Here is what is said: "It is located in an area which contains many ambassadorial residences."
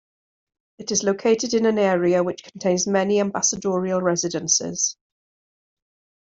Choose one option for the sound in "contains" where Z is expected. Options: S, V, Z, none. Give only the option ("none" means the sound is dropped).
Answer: Z